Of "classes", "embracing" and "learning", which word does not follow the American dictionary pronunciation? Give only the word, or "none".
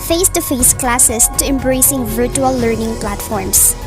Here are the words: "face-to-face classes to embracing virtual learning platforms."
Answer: classes